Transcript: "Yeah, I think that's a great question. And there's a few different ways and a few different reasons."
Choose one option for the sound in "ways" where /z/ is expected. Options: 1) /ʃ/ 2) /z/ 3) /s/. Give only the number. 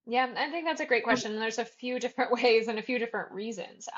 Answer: 2